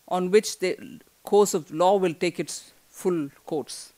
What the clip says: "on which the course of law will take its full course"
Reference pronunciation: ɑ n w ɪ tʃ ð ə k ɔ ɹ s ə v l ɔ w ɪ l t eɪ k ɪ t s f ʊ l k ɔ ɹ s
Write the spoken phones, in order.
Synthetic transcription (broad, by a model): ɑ n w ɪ tʃ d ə k ɔ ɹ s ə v l ɔ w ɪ l t eɪ k ɪ t s f ʊ l k ɔ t s